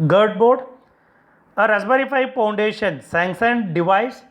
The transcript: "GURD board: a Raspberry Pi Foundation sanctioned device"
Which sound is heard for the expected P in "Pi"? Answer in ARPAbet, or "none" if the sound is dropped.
F